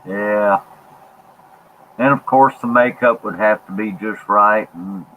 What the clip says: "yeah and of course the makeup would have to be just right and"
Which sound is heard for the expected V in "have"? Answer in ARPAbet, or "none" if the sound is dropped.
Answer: F